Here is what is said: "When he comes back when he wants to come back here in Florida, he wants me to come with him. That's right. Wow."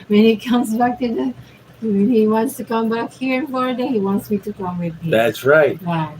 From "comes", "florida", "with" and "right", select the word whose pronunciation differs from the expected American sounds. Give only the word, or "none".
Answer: florida